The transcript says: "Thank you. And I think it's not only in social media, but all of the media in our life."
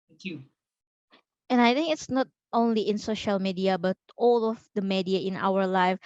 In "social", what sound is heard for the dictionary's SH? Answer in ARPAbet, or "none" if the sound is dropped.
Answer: SH